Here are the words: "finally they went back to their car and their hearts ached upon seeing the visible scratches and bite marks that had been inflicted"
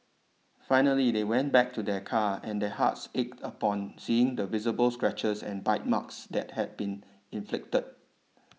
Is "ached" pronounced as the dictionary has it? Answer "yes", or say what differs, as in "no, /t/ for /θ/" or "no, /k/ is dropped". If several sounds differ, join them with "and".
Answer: yes